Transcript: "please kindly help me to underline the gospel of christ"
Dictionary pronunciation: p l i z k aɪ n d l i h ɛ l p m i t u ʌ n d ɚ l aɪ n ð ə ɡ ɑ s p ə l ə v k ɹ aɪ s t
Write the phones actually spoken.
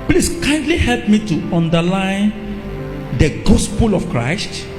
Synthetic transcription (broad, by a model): p l i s k aɪ n d l i h ɛ l p m i t u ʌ n d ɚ l aɪ n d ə ɡ ɑ s p ə l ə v k ɹ aɪ s t